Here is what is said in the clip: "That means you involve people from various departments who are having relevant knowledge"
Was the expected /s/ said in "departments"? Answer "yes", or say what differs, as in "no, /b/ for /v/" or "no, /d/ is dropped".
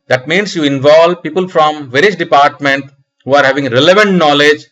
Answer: no, /s/ is dropped